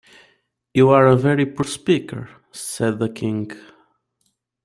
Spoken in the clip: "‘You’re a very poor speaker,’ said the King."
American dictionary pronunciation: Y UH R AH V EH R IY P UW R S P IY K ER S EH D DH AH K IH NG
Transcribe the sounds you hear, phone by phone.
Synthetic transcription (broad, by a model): Y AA R AH V EH R IY P UW R S P IY K ER S EH D DH AH K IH NG